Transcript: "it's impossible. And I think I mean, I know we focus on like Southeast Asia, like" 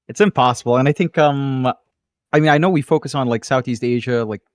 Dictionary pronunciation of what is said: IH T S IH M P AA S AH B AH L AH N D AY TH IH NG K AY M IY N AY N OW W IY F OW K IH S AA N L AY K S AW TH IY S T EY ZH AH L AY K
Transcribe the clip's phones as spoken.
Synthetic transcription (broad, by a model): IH T S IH M P AA S AH B L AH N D AY TH IH NG K AY M IY N AY N OW W IY F OW K IH S N L AY K S AW TH IY S T EY ZH AH L AY K